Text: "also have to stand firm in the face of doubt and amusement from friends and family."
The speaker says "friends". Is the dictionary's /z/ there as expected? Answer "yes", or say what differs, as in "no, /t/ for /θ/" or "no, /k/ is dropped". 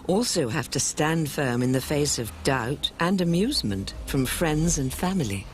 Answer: yes